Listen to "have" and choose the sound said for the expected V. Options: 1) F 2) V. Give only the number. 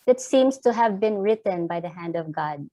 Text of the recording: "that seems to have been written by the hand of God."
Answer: 2